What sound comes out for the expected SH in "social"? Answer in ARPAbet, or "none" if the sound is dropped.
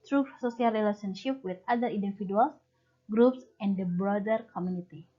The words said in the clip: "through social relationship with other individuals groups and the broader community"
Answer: S